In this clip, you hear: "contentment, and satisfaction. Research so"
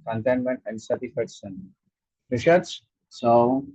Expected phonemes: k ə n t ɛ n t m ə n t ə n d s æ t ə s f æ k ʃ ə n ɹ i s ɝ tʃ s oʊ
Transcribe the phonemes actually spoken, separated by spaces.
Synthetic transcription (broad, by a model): k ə n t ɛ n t m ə n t ə n d s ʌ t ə f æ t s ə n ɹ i ʃ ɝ s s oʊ